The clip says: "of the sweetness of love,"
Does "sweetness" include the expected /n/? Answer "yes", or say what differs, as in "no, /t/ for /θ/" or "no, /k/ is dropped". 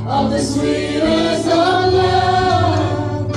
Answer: no, /n/ is dropped